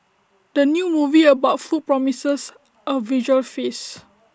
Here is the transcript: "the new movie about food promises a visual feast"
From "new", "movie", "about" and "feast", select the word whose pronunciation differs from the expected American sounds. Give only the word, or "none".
feast